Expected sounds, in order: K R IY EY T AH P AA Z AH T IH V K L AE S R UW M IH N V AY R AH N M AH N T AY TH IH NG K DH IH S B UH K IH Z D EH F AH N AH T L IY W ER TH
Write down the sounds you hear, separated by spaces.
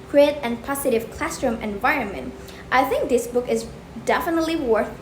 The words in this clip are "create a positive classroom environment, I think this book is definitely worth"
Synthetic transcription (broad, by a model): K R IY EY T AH P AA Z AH T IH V K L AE S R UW M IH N V AY R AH N M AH N T AY TH IH NG K DH IH S B UH K IH Z D EH F AH N AH T L IY W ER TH